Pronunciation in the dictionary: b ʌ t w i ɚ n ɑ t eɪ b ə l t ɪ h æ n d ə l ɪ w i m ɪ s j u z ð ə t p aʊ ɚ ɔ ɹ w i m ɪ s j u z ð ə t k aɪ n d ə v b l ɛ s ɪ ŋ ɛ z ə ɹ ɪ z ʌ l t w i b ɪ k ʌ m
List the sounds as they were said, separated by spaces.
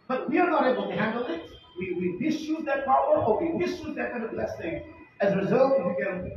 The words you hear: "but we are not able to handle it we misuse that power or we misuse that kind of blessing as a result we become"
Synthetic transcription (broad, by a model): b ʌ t w i ɚ n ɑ t eɪ b ə l t ɪ h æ n d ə w ɪ w i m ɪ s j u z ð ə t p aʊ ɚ ɔ ɹ w i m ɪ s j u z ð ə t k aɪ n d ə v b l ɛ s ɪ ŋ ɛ z ə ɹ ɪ z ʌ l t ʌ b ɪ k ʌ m